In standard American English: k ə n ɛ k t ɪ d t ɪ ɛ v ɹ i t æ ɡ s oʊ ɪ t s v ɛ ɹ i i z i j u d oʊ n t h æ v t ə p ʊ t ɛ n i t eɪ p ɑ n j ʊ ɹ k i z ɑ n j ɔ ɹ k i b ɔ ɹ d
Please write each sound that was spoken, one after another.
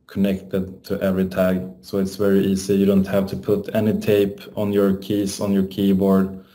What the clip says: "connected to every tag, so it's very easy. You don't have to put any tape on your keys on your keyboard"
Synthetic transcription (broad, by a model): k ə n ɛ k t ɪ d t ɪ ɛ v ɹ i t æ ɡ s oʊ ɪ t s v ɛ ɹ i i s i j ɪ d oʊ n t h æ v t ə p ʊ t ɛ n i t eɪ p ɑ n j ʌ ɹ k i s ɑ n j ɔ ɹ k i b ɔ ɹ d